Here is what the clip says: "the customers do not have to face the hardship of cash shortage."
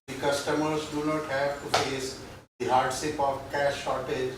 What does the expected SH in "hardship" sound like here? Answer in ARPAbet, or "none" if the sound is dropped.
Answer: S